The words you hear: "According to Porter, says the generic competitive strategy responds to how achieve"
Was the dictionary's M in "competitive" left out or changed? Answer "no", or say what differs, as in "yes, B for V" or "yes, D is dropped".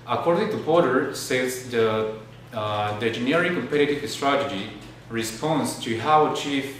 no